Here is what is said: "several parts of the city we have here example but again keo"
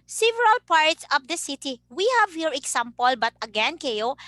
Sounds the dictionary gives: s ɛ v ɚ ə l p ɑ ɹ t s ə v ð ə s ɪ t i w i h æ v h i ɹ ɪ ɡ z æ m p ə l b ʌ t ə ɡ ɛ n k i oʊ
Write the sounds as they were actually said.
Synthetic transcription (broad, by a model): s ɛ v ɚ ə l p ɑ ɹ t s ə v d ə s ɪ t i w i h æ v h i ɹ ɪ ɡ s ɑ m p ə l b ʌ t ə ɡ ɛ n k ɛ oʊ